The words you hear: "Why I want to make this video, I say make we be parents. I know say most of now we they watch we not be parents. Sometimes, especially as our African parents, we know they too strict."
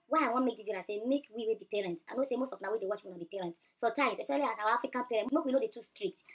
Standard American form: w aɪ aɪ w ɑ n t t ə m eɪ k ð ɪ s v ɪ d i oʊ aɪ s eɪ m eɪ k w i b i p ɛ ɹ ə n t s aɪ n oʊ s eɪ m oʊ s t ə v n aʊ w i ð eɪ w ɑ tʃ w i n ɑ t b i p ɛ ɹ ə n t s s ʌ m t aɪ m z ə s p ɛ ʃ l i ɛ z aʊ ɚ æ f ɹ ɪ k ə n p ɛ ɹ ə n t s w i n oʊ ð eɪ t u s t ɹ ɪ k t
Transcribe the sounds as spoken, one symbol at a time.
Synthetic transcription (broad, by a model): w aɪ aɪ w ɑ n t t m eɪ k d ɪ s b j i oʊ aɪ s eɪ m eɪ k w i b i p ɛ ɹ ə n t aɪ n oʊ s eɪ m oʊ s t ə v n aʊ w i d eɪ w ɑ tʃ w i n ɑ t b i p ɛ ɹ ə n t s s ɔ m t aɪ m s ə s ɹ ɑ l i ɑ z aʊ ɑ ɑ f ɹ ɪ k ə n p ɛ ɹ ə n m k w i n oʊ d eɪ t u s t ɹ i k t